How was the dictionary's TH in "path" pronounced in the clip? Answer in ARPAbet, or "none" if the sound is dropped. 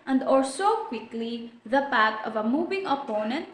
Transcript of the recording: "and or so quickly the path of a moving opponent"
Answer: T